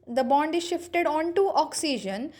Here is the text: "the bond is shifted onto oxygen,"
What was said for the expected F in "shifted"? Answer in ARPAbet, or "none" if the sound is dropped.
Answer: F